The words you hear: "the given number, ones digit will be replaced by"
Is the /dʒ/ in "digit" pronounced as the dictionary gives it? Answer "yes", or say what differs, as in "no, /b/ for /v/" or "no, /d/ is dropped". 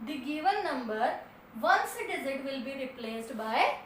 no, /z/ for /dʒ/